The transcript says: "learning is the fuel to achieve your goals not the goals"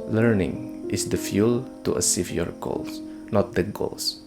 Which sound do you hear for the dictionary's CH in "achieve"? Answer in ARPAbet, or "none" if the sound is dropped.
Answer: S